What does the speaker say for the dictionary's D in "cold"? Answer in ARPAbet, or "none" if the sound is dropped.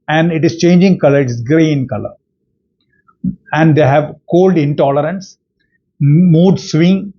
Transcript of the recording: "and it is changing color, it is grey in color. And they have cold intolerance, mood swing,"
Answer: D